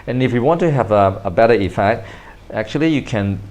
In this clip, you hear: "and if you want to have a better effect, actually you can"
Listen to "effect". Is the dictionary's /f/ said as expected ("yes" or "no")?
yes